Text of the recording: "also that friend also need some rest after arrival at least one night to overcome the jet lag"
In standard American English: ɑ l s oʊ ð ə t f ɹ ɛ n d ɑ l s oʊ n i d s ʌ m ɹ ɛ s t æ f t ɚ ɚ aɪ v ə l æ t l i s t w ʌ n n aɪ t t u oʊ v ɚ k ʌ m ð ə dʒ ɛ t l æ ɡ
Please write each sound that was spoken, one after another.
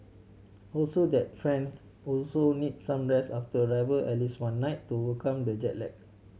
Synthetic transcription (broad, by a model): ɑ l s oʊ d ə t f ɹ ɛ n d ɑ l s oʊ n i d s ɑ m ɹ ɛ s ɑ f t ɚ ɚ aɪ v ə l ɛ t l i s w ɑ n n aɪ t t u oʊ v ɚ k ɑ m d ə dʒ ɛ t l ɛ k